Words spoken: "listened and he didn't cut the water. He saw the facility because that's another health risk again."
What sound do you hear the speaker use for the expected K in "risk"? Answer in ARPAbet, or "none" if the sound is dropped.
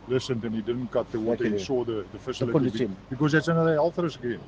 none